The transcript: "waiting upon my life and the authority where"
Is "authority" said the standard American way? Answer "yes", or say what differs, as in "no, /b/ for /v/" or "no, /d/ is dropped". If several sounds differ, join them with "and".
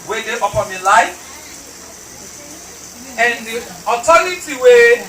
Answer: no, /t/ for /θ/